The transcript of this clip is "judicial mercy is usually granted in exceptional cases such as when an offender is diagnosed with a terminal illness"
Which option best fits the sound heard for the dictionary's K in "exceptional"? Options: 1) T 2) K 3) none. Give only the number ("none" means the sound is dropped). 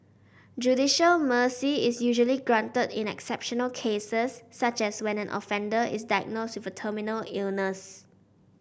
2